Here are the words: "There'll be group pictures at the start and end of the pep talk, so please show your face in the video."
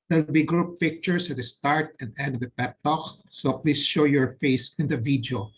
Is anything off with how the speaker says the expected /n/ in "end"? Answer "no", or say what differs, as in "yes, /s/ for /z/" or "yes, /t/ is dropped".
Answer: yes, /n/ is dropped